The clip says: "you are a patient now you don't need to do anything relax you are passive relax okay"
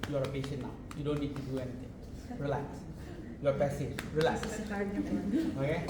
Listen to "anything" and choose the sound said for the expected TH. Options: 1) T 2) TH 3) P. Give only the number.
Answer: 1